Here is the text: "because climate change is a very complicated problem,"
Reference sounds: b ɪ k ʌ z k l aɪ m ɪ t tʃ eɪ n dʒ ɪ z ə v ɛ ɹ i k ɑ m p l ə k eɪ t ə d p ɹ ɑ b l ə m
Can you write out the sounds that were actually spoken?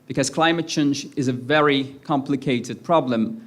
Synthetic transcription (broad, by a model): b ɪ k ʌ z k l aɪ m ɪ t tʃ eɪ n dʒ ɪ z ə v ɛ ɹ i k ɑ m p l ə k eɪ t ə d p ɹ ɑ b l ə m